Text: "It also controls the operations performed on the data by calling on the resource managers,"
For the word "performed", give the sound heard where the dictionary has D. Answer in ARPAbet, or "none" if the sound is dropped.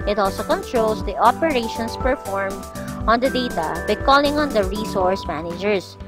none